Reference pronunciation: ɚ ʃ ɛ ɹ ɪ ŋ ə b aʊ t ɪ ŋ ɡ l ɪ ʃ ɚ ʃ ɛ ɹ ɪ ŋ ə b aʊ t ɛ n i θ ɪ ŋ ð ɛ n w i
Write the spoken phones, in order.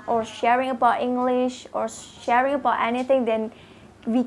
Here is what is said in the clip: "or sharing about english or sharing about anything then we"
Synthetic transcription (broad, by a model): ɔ ʃ ɛ ɹ ɪ ŋ ə b aʊ t ɪ ŋ ɡ l ɪ ʃ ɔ ʃ ɛ ɹ ɪ ŋ ə b aʊ t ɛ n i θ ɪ ŋ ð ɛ n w i